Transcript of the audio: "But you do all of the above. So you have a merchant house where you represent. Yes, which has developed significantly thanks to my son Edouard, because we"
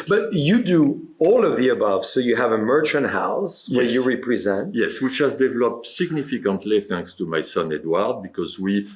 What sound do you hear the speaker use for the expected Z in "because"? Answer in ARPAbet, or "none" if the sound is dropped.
Z